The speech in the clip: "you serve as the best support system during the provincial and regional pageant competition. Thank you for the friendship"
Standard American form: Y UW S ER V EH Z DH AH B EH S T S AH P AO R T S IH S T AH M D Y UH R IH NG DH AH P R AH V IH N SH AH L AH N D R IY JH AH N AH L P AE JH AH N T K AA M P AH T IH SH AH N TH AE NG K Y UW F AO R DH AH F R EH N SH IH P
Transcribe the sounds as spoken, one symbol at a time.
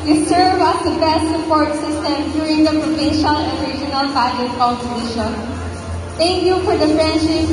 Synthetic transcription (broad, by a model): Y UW S ER V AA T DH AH B EH S T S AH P AO R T S IH S T AH M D Y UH R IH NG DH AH P R AH V IH N SH AH L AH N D R IY JH AH N AH L B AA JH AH T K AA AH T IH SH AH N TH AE NG K Y UW F AO R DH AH F R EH N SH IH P